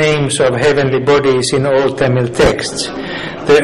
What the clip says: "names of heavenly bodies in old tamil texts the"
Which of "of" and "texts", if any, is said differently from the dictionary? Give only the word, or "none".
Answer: none